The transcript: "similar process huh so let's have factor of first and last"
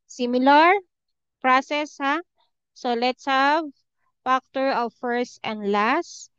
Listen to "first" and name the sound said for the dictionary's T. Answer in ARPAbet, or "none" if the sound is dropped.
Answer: T